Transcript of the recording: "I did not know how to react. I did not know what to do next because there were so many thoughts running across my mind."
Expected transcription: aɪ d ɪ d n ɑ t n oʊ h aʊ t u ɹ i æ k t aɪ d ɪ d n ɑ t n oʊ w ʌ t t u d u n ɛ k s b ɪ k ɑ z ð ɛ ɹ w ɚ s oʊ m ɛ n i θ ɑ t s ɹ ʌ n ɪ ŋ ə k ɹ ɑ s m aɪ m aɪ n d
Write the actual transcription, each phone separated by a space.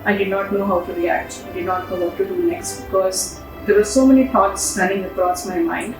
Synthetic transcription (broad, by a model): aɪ d ɪ d n ɑ t n oʊ h aʊ t u ɹ i æ k t aɪ d ɪ d n ɑ t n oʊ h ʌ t t u d u n ɛ k s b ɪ k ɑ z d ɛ ɹ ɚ s oʊ m ɛ n i t ɑ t s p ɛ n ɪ ŋ ə k ɹ ɑ s m aɪ m aɪ n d